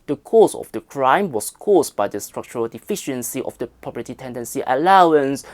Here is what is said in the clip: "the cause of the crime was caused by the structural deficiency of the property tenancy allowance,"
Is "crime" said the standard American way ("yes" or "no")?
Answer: yes